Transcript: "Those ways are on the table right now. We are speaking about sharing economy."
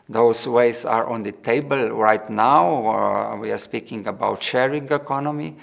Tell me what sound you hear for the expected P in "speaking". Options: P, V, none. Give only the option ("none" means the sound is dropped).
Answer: P